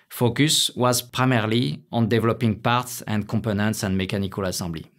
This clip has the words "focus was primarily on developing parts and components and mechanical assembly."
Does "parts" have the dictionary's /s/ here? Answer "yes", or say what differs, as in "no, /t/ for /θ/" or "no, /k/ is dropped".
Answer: yes